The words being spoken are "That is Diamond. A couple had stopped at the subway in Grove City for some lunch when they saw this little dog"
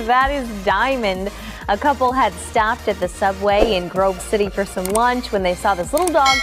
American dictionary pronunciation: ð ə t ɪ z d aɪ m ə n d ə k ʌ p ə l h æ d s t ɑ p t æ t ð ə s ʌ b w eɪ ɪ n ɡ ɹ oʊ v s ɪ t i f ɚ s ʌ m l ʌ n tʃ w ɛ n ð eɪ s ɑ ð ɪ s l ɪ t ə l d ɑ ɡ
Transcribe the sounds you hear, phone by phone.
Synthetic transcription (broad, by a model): ð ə t ɪ z d aɪ m ə n d ə k ʌ p l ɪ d s t ɑ p t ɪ t ð ə s ʌ b w eɪ ɪ n ɡ ɹ oʊ b s ɪ t i f ɚ s ʌ m l ʌ n tʃ w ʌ n ð eɪ s ɑ ð ɪ s l ɪ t l d ɑ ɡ